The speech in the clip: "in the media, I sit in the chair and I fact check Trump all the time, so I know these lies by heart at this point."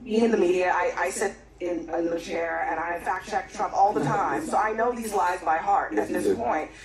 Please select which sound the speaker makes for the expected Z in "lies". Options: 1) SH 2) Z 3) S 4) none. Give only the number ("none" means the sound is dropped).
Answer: 2